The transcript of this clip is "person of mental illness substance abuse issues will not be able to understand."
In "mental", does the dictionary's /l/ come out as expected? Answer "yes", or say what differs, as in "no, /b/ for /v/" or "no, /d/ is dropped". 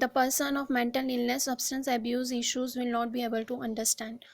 yes